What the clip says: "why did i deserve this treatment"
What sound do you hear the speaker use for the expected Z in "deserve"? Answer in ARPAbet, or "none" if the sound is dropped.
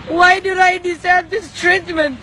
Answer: S